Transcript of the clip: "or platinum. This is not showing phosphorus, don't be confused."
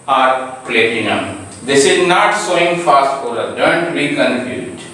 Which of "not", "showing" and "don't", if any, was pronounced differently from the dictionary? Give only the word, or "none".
showing